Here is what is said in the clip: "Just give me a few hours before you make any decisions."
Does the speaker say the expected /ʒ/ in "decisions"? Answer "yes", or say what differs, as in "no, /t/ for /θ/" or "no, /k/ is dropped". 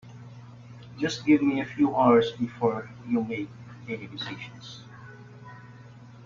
no, /ʃ/ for /ʒ/